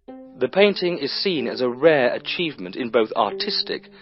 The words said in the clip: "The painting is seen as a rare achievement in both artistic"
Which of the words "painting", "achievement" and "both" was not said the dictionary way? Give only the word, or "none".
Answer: none